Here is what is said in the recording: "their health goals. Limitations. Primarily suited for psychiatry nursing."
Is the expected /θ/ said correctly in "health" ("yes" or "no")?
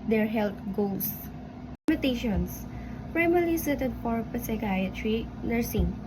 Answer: no